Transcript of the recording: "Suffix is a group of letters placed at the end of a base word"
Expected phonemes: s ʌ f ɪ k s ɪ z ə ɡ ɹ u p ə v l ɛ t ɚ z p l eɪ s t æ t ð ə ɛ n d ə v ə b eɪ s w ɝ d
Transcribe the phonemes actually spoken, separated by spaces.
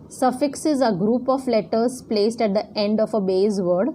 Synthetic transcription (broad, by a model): s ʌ f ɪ k s ɪ z ə ɡ ɹ u p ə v l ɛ t ɚ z p l eɪ s t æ t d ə ɛ n d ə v ə b eɪ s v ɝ d